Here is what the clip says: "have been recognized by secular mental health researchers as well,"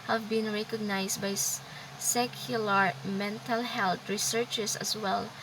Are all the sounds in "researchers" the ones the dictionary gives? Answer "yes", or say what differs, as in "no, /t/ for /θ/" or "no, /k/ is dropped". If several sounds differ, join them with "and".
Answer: no, /s/ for /z/